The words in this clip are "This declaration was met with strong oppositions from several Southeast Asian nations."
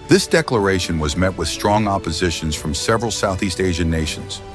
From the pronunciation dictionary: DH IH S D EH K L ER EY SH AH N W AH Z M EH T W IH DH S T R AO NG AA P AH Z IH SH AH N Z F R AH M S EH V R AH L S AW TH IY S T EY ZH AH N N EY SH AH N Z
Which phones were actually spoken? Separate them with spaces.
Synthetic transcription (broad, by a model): DH IH S D EH K L ER EY SH AH N W AH Z M EH T W IH DH S T R AO NG AA P AH Z IH SH AH N Z F R AH M S EH V R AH L S AW TH IY S T EY ZH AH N N EY SH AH N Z